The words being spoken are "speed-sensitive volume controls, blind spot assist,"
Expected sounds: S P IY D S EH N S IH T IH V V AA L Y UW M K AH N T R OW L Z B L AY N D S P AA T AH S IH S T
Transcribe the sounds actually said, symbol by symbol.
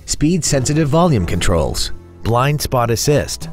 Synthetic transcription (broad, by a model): S P IY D S EH N S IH T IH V V AA L Y UW M K AH N T R OW L Z B L AY N D S P AA T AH S IH S T